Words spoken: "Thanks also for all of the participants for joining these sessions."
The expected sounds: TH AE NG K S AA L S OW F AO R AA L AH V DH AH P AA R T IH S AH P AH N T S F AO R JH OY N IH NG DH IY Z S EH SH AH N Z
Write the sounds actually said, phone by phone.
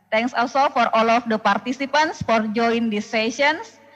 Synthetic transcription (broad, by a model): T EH NG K S AA L S OW F AO R AA L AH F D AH P AA R T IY S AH P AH N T S F AO R JH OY IH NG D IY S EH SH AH N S